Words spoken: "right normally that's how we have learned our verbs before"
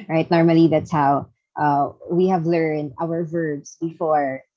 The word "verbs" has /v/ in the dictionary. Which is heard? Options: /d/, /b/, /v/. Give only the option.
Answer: /v/